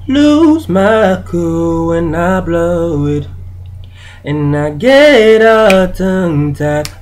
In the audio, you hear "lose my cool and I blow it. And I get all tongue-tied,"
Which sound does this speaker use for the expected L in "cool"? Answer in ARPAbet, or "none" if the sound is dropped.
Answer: W